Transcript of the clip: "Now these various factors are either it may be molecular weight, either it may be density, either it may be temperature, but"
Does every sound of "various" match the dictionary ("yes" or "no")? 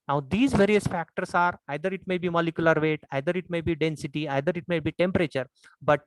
yes